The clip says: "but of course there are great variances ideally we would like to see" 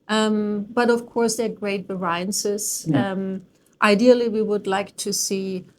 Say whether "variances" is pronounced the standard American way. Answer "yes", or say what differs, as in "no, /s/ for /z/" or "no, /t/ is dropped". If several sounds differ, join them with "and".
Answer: no, /b/ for /v/